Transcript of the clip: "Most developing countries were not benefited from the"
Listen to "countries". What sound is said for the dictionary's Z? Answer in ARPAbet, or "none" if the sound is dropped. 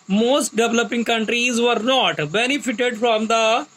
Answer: Z